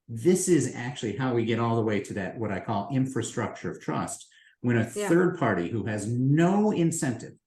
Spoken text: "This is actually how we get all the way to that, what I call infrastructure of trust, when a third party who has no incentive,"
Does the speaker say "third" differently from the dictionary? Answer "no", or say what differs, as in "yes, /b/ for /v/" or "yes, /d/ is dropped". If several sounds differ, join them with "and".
no